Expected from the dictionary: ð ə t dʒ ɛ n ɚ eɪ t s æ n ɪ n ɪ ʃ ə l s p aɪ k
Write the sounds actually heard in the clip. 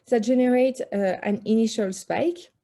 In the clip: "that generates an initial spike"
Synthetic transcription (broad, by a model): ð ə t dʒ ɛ n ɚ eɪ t æ n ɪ n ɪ ʃ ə l s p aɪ k